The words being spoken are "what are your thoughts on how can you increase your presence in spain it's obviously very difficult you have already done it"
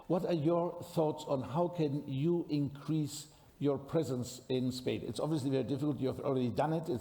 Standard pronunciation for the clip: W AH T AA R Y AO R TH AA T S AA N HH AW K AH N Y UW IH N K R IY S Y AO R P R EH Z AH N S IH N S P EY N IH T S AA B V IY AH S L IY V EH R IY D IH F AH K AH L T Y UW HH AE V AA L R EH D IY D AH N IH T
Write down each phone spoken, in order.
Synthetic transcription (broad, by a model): W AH T AA R Y AO R TH AA T S AA N HH AW K AH N Y UW IH N K R IY S Y AO R P R EH Z AH N S IH N S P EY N IH T S AA B V IY AH S L IY V EH R IY D IH F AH K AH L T Y UW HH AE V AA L R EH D IY D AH N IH T